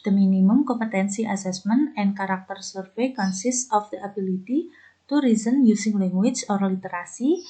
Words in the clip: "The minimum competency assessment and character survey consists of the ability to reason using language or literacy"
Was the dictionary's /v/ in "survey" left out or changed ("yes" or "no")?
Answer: yes